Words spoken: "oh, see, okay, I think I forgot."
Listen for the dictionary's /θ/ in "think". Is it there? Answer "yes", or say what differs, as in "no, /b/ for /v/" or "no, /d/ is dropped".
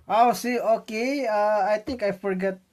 no, /t/ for /θ/